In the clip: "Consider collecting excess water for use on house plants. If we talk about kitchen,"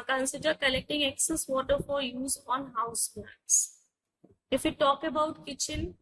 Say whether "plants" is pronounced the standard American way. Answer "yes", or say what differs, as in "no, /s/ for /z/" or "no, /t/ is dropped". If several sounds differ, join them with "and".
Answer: no, /n/ is dropped